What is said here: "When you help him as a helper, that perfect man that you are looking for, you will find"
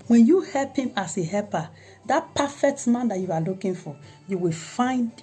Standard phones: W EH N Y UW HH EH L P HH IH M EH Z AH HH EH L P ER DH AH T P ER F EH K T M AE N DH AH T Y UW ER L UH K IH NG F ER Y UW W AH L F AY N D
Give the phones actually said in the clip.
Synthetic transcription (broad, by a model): W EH N Y UW HH EH L P HH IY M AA S AH HH EH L P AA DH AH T P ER F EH K T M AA N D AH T Y UW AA L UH K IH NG F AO Y UW W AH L F AY N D